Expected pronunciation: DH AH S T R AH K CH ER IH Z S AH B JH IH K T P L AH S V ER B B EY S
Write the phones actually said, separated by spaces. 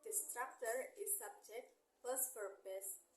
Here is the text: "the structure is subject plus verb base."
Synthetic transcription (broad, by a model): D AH S T R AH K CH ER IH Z S AH B JH IH K T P AH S P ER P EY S